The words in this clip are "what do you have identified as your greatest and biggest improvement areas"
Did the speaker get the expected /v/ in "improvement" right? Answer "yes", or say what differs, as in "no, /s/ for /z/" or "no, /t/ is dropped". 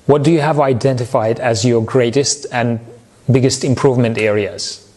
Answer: yes